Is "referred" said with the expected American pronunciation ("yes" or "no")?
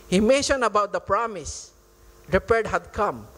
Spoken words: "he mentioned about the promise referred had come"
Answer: no